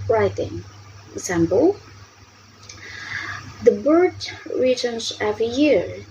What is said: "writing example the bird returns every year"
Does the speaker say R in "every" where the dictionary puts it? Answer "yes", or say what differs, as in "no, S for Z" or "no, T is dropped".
no, R is dropped